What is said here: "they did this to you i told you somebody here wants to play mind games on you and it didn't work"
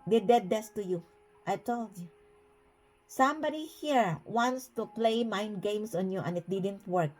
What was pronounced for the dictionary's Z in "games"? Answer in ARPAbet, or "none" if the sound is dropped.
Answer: S